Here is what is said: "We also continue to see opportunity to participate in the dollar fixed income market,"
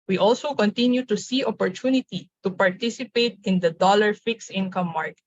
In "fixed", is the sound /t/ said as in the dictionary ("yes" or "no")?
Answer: no